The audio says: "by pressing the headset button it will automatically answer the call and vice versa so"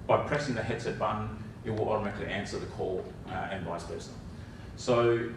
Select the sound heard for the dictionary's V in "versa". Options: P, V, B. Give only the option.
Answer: P